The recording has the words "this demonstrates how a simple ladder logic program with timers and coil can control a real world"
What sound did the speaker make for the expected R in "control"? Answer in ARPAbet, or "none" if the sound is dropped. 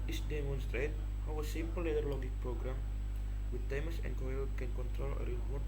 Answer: R